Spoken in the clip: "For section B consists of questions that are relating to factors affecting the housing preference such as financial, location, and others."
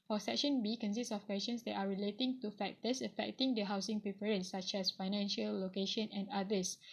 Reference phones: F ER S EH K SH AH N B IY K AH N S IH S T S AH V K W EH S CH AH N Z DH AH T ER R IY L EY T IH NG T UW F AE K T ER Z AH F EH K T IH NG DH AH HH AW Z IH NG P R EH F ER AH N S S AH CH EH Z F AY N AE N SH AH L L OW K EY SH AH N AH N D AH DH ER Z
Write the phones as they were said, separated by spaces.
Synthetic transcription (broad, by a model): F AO S EH K SH AH N B IY K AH N S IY S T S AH F K W EH S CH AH N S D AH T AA R IY L EY T IH NG T UW F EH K T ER S AH F EH K T IH NG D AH HH AW S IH NG P R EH P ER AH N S S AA CH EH S F AY N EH N SH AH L L OW K EY SH AH N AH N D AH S